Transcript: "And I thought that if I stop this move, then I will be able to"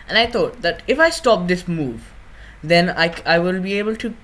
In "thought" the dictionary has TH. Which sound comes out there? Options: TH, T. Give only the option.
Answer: T